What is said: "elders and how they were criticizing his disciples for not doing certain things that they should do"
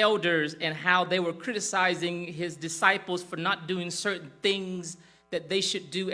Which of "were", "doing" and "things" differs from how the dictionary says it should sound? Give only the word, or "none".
none